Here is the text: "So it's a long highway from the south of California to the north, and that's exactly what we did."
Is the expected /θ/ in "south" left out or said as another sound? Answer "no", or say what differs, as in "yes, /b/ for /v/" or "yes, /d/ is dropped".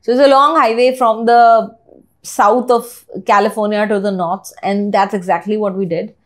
yes, /t/ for /θ/